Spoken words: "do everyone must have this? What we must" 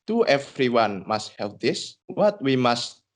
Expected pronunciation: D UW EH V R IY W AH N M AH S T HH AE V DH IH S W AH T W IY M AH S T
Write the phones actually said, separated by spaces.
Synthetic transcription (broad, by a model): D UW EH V R IY W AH N M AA S T HH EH P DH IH S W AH T W IY M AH S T